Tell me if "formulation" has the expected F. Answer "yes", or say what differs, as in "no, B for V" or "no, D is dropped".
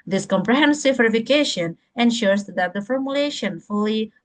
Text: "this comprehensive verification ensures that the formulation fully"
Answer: yes